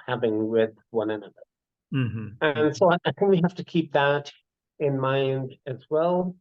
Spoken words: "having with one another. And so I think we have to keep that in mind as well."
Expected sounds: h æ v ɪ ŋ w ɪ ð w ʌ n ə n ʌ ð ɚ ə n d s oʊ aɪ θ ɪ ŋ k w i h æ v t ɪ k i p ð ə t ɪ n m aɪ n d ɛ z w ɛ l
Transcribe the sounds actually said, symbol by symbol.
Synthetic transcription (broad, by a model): h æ v ɪ ŋ w ɪ ð w ʌ n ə n ʌ ð ɚ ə n s oʊ aɪ θ ɪ ŋ k w i h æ f t ɪ k i p ð ə t ɪ n m aɪ n d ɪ z w ɛ l